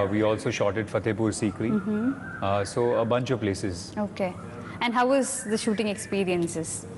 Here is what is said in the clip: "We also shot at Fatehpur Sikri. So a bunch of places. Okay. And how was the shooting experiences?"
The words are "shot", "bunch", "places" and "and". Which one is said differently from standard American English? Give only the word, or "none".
none